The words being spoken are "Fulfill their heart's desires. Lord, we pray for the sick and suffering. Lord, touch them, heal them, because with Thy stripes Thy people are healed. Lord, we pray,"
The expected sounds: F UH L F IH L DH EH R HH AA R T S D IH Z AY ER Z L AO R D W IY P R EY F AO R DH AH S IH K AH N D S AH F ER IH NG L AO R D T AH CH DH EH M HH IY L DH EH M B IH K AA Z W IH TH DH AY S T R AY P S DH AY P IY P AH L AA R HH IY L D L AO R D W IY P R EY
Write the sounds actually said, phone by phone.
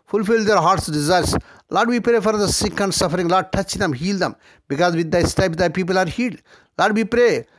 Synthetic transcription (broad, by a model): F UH L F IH L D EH R HH AA R T S D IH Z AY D S L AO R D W IY P R EY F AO R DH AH S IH K AH N D S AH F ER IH NG L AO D T AH CH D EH M HH IY L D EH M B IH K AA Z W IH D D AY S T AY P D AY P IY P AH L AA R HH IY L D L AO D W IY P R EY